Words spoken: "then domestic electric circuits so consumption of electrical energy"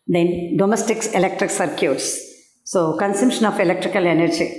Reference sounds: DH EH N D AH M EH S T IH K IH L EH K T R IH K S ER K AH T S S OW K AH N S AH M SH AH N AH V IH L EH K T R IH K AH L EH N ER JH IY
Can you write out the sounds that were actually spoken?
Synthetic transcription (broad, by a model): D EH N D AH M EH S T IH K IH L EH K T R IH K S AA K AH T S S OW K AH N S AH M SH AH N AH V IH L EH K T R IH K AH L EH N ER JH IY